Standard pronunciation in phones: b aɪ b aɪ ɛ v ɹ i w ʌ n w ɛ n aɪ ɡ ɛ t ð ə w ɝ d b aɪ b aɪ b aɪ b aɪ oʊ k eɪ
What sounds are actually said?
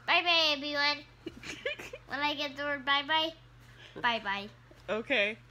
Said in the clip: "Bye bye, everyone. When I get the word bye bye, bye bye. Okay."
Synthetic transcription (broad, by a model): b aɪ b aɪ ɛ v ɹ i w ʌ n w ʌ l aɪ ɡ ɛ t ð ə w ɝ d b aɪ b aɪ b aɪ b aɪ oʊ k eɪ